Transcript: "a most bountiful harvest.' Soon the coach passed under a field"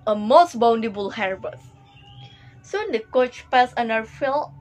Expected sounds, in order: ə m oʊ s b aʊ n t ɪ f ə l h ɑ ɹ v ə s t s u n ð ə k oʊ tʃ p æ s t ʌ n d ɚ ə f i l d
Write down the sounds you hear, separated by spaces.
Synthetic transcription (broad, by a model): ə m oʊ s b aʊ n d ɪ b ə l h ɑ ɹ b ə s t s u n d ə k oʊ tʃ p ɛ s ʌ n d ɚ ə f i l